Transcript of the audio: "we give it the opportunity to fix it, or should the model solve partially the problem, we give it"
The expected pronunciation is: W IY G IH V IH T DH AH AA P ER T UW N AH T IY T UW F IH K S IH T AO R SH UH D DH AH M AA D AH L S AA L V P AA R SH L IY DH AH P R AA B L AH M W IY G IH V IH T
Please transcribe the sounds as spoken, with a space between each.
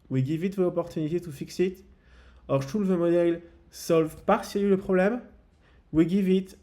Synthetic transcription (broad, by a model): W IY G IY V IH T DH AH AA P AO T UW N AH T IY T UW F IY K S IH T AO R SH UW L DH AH M AA D AH L S AA L V P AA R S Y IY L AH P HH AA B L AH M W IY G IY V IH T